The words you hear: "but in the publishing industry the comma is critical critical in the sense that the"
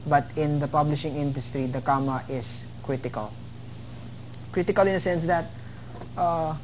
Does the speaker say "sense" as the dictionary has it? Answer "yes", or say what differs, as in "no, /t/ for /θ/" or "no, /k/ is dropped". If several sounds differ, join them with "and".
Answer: yes